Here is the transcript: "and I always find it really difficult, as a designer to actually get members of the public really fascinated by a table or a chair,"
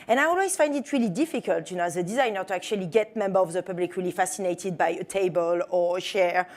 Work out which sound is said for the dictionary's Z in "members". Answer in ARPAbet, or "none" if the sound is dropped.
none